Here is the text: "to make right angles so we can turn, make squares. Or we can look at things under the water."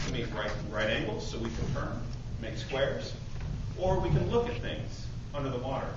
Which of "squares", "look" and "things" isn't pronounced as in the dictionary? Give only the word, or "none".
none